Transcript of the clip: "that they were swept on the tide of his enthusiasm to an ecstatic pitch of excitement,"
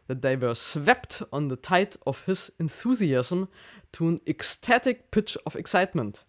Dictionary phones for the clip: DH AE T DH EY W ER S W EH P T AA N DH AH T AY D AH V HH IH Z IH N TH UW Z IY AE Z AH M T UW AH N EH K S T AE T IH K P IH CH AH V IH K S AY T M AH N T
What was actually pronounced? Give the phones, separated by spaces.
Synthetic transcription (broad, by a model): DH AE T DH EY W ER S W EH P T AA N DH AH T AY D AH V HH IH Z IH N TH UW Z IY AE Z AH M T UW AH N EH K S T AE T IH K P IH CH AH V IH K S AY T M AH N T